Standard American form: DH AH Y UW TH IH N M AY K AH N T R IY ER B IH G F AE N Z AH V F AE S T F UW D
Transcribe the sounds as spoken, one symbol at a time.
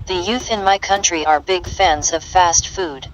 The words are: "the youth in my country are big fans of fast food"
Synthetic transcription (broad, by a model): DH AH Y UW TH IH N M AY K AH N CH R IY ER B IH G F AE N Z AH V F AE S T F UW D